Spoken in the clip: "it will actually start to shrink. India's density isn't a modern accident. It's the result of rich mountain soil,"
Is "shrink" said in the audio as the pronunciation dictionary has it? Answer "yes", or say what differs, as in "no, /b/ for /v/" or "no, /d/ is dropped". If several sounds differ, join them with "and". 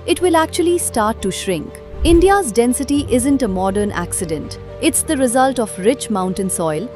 yes